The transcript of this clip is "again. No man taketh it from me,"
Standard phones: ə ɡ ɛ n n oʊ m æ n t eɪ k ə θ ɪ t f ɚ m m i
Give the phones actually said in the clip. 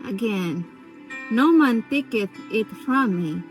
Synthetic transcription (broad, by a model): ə ɡ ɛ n n oʊ m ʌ n t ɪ k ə t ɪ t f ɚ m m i